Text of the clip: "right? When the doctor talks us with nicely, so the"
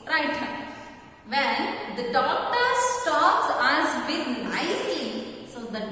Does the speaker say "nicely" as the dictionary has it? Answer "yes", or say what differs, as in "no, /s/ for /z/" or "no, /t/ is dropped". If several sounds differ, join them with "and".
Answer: no, /l/ is dropped